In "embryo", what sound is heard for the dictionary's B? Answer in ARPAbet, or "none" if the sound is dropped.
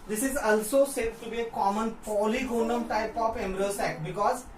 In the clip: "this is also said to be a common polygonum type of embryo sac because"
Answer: none